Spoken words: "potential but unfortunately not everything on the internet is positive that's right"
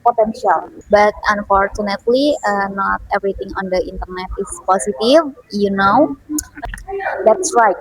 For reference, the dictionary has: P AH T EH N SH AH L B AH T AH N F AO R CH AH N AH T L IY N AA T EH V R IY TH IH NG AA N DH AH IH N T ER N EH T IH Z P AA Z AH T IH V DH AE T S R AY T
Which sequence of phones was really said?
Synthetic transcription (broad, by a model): P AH T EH N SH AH L B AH T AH N F AO R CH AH N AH T L IY N AA T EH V R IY T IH NG AA N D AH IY N T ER N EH T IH S P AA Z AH T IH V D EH T S R AY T